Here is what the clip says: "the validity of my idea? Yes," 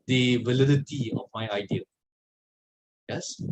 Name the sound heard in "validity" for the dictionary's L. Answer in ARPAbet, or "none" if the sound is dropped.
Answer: L